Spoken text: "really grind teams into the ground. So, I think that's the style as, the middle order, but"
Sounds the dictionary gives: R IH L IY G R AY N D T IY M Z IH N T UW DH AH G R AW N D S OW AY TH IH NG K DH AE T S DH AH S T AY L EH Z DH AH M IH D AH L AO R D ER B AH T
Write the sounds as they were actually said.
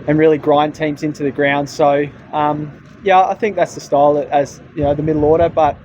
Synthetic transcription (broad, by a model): R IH L IY G R AY N T IY M Z IH N T UW DH AH G R AW N D S OW AY TH IH NG K DH AE T S DH AH S T AY L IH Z DH AH M IH D L AO R D ER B AH T